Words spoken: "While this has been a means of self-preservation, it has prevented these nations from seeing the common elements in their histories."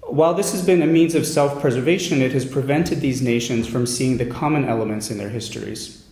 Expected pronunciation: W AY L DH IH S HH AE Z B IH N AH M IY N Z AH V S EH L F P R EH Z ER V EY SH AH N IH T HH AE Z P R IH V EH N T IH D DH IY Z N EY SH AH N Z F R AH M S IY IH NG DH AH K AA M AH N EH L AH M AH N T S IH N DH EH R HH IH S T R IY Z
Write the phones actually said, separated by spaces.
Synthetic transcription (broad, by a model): W AY L DH IH S HH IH Z B IH N AH M IY N Z AH V S EH L F P R EH Z ER V EY SH AH N IH T HH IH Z P R IH V EH N T IH D DH IY Z N EY SH AH N Z F R AH M S IY IH NG DH AH K AA M AH N EH L AH M AH N T S IH N DH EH R HH IH S T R IY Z